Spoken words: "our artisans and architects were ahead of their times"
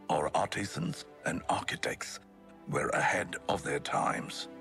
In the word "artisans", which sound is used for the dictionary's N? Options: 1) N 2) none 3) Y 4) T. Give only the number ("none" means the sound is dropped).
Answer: 1